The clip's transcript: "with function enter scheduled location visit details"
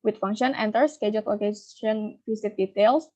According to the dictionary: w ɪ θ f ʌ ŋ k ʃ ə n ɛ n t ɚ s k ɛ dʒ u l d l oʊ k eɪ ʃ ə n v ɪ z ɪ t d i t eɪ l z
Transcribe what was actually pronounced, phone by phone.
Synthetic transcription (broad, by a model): w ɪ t f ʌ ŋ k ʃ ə n ɛ n t ɚ s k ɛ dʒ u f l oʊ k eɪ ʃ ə n f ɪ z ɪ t d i t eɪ l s